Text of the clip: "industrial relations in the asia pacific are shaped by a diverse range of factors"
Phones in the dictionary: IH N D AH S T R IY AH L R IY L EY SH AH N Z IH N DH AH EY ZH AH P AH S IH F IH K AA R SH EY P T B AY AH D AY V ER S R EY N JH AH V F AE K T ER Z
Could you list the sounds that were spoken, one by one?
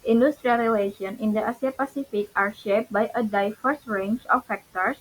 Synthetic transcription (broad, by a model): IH N D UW S T R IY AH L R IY L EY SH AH N IH N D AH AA S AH P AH S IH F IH K AA R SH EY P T B AY AH D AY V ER S R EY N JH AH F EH K T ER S